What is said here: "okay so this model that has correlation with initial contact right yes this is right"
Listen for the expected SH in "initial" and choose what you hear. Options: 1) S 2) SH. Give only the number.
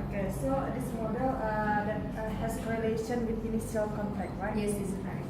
1